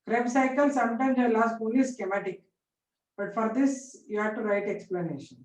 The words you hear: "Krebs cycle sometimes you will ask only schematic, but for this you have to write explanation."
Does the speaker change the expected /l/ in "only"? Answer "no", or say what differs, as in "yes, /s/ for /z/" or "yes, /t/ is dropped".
yes, /l/ is dropped